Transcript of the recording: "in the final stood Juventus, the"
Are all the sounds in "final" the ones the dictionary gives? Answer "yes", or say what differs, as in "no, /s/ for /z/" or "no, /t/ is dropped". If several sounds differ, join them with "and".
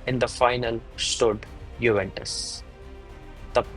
yes